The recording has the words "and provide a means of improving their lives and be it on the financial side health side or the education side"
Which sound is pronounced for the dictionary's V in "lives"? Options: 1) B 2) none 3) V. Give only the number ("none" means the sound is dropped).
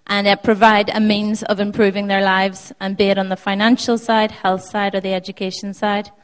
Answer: 3